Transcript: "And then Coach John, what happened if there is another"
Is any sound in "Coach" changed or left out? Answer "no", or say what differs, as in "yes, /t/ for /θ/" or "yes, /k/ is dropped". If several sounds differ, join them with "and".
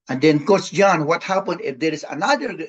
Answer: yes, /s/ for /tʃ/